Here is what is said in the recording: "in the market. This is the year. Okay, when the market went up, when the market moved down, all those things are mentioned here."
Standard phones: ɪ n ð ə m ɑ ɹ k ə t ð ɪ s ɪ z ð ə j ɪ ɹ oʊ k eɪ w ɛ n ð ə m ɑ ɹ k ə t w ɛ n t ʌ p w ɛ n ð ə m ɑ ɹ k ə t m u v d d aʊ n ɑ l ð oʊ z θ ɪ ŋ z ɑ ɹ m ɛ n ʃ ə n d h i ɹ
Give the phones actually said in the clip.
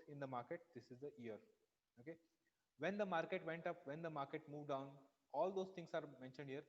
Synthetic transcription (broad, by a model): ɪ n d ə m ɑ ɹ k ə t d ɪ s ɪ z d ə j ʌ ɹ oʊ k eɪ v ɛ n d ə m ɑ ɹ k ə t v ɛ n t ʌ p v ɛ n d ə m ɑ ɹ k ə t m u v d d aʊ n ɑ l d oʊ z t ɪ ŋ s ɑ ɹ m ɛ n ʃ ə n d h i ɹ